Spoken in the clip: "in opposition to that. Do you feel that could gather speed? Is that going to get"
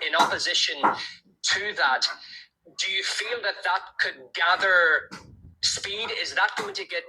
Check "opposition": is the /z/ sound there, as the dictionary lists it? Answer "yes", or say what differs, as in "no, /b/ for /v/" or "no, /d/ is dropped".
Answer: yes